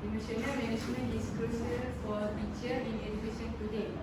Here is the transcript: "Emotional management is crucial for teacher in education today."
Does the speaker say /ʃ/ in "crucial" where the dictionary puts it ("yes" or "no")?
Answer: no